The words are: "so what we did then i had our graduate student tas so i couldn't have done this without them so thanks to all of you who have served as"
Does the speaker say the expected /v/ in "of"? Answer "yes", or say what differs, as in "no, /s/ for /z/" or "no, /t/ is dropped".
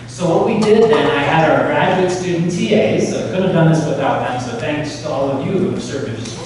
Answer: yes